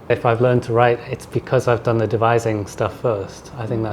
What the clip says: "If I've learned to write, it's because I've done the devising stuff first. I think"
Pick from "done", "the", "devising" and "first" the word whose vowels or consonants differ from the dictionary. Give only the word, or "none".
none